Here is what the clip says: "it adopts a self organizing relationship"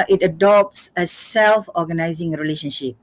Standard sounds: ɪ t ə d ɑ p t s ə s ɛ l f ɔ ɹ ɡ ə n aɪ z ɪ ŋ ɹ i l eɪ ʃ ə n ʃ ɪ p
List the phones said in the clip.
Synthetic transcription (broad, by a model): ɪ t ə d ɑ p t s ə s ɛ l f ɔ ɡ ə n aɪ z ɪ ŋ ɹ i l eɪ ʃ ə n ʃ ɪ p